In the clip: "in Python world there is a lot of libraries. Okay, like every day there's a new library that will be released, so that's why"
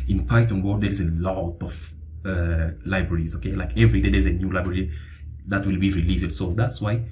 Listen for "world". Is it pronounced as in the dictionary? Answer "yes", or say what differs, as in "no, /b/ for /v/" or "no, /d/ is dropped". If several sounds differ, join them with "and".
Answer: no, /l/ is dropped